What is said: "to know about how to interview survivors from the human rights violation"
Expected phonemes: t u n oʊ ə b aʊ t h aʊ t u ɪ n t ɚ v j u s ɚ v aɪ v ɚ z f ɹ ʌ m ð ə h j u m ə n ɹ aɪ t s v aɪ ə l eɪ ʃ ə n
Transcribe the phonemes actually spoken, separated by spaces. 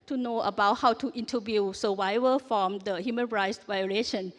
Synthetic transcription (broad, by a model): t u n oʊ ə b aʊ t h aʊ t u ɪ n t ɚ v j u s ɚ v aɪ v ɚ f ɹ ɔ m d ə h j u m ə n ɹ aɪ t s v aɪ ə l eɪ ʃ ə n